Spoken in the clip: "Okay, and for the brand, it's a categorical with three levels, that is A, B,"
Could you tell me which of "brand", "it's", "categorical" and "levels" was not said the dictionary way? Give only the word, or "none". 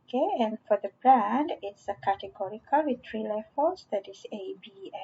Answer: levels